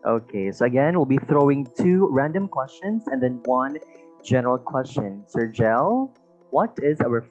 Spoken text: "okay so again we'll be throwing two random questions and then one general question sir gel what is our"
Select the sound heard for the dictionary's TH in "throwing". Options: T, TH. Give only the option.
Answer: TH